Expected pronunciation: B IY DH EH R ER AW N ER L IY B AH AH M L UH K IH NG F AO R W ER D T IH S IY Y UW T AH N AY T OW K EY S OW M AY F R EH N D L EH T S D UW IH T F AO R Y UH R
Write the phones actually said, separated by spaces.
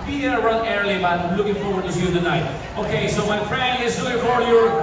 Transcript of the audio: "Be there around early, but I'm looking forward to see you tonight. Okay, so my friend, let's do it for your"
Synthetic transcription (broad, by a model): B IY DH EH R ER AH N ER L IY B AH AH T L UH K IH NG F AO R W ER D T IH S Y UW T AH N AY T OW K EY S OW M AY F R EH N D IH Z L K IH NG F AO W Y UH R